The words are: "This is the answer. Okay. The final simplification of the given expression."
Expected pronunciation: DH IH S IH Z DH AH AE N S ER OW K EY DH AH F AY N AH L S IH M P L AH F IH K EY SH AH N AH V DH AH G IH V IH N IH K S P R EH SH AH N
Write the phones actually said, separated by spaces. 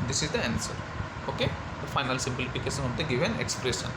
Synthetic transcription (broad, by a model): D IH S IH Z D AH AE N S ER OW K EY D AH F AY N AH L S IH M P L AH F IH K EY SH AH N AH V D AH G IH V IH N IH K S P R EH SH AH N